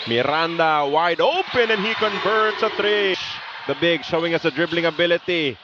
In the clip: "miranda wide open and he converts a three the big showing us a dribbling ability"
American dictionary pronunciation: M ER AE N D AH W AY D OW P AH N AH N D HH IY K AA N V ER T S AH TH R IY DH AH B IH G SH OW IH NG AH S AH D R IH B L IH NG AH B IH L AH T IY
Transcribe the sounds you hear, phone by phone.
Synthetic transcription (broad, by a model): M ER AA N D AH W AY D OW P AH N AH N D HH IY K AA N V ER T S AH T R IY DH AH B IH G SH OW IH NG AH S AH D R IH B L IH NG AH B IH L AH T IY